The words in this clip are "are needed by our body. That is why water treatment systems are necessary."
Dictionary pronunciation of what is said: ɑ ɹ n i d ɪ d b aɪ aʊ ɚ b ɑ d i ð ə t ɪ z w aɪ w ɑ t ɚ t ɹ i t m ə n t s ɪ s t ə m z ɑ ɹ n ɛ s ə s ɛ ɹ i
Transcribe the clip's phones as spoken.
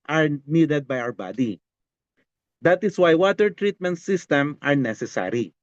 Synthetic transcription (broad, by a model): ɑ ɹ n i d ɪ d b aɪ aʊ ɚ b ɑ d i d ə t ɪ s w aɪ w ɑ t ɚ t ɹ i t m ə n t s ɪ s t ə m ɑ ɹ n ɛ s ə s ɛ ɹ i